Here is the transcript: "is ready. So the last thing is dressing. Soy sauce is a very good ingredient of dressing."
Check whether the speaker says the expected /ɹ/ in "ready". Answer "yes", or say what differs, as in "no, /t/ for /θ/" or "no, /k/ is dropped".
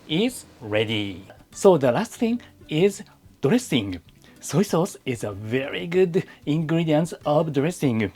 yes